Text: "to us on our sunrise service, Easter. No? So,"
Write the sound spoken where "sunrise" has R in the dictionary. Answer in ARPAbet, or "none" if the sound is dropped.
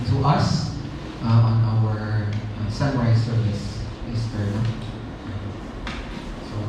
W